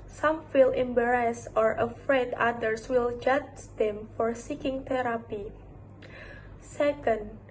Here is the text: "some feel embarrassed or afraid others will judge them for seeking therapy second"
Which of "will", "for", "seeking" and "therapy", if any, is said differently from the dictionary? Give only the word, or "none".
therapy